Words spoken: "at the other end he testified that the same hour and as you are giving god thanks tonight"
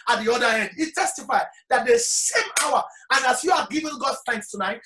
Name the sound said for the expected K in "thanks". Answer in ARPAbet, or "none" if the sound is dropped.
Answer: K